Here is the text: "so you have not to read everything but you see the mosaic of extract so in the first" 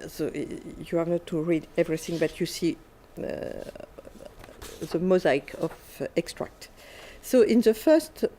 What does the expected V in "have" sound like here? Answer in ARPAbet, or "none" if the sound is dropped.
V